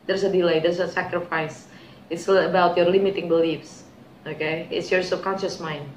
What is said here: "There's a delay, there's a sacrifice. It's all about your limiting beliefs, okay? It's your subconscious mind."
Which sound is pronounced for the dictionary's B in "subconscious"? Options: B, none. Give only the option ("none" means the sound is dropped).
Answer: none